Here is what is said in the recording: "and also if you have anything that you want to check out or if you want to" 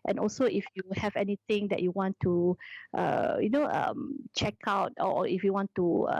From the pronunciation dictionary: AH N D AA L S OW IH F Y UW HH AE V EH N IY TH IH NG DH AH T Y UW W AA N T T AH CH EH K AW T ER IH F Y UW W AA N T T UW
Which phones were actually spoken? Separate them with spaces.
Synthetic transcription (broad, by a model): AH N AA L S OW IH F Y UW HH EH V EH N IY T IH NG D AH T Y UW W AA N T T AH CH EH K AW T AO IH F Y UW W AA N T T UW